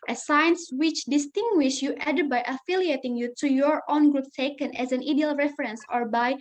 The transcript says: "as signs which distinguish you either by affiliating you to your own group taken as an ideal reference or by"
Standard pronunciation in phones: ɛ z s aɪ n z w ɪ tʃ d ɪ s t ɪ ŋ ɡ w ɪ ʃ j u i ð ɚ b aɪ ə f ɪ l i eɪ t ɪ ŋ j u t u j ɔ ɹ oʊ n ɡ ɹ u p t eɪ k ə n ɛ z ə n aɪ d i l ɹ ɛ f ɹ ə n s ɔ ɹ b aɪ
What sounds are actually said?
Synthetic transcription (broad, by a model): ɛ s aɪ n s w ɪ tʃ d ɪ s t ɪ ŋ ɡ w ɪ ʃ j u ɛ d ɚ b aɪ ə f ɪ l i eɪ t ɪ ŋ j u t u j ɔ ɹ oʊ n ɡ ɹ u p t eɪ k ə n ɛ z ə n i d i l ɹ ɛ f ɹ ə n s ɔ ɹ b aɪ